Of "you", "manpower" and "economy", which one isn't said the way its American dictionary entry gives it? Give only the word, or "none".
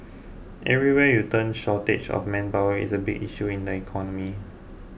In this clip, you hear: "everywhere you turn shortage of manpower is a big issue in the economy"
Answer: manpower